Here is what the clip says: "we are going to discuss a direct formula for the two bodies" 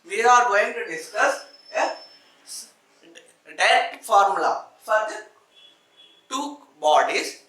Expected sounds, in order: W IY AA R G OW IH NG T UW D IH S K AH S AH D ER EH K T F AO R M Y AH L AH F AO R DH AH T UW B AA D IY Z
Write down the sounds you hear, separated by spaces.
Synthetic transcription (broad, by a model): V IY AA R G OW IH NG T UW D IH S K AH S AH D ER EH T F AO R M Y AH L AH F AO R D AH T UW B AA D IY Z